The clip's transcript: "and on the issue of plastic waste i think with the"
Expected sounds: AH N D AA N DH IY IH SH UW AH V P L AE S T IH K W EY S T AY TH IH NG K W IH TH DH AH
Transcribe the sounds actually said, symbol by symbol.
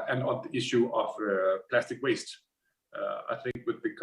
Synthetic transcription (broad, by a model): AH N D AA N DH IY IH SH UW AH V P L AE S T IH K W EY S T AY TH IH NG K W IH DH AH